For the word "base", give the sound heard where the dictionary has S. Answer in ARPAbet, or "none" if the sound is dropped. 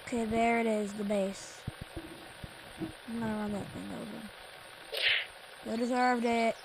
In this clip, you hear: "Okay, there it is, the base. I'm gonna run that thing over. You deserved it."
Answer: none